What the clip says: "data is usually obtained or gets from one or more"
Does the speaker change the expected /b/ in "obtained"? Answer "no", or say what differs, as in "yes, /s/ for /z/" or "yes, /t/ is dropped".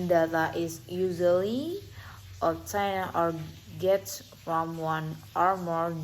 yes, /b/ is dropped